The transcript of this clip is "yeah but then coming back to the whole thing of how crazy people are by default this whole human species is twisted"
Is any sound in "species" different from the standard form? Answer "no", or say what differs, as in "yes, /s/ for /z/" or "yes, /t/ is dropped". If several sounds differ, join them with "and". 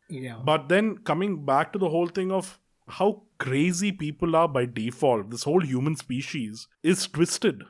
no